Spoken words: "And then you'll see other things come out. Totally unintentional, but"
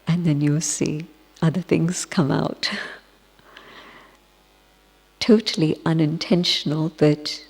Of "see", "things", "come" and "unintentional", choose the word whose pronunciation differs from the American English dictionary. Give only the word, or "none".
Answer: none